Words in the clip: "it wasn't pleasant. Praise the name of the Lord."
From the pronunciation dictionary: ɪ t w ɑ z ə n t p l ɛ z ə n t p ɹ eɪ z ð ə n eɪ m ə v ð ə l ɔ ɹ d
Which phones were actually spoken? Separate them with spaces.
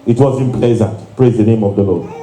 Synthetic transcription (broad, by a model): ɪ t w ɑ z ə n p l ɛ z ə n t p ɹ eɪ z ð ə n eɪ m ə v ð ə l ɔ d